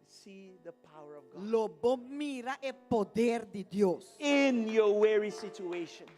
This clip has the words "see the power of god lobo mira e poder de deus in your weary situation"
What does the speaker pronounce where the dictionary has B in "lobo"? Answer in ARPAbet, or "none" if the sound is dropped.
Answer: B